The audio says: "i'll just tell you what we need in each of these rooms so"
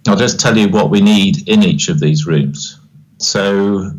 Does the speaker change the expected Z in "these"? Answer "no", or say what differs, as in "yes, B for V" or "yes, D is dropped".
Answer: no